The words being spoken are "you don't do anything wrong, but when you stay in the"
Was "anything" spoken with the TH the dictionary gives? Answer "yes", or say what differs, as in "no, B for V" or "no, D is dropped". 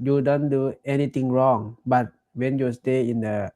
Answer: no, T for TH